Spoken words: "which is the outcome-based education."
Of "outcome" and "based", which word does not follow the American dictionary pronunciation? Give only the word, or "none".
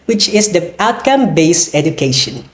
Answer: based